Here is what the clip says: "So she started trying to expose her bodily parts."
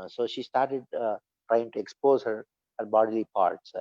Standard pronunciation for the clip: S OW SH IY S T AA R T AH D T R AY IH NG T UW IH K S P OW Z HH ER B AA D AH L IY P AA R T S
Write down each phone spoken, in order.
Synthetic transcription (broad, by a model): S OW SH IY S T AA R T AH D T R AY IH NG T UW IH K S P OW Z HH ER B AA D AH L IY P AA R T S